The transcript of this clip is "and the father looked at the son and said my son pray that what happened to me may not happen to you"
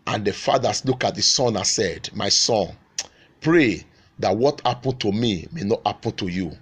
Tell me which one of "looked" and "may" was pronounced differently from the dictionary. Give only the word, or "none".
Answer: looked